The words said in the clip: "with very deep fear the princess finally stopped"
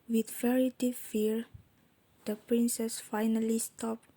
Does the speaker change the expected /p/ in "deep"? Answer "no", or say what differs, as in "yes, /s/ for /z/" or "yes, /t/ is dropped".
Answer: yes, /f/ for /p/